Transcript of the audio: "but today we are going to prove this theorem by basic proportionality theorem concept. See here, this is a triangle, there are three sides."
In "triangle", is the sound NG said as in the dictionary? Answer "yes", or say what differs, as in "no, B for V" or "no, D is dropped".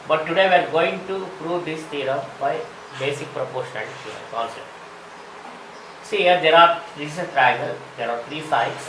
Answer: no, NG is dropped